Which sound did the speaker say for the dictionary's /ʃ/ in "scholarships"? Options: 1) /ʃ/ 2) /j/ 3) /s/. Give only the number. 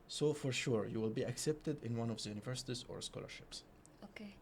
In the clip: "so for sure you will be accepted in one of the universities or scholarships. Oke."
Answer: 1